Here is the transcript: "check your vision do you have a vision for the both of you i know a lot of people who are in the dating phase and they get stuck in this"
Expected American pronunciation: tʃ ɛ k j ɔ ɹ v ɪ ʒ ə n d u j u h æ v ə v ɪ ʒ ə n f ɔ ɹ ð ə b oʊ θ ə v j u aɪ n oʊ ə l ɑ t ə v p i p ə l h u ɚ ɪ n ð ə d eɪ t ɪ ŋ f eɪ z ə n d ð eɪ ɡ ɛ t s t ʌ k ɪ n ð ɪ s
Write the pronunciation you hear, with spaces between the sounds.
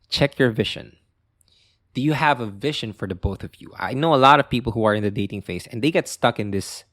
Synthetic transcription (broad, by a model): tʃ ɛ k j ɔ ɹ v ɪ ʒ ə n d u j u h æ v ə v ɪ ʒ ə n f ɔ ɹ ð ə b oʊ θ ə v j u aɪ n oʊ ə l ɑ t ə v p i p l h u ɚ ɪ n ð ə d eɪ t ɪ ŋ f eɪ s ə n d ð eɪ ɡ ɛ t s t ʌ k ɪ n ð ɪ s